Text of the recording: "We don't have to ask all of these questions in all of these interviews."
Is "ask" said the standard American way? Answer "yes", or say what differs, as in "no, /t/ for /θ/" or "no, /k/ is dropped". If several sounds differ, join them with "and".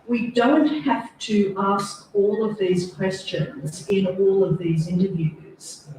yes